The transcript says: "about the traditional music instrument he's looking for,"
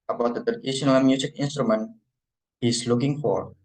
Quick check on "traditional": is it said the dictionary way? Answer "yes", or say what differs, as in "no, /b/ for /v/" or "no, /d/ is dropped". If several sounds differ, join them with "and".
no, /ɹ/ is dropped